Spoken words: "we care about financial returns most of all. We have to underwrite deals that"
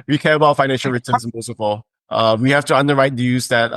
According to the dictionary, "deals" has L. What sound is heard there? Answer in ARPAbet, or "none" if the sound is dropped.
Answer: none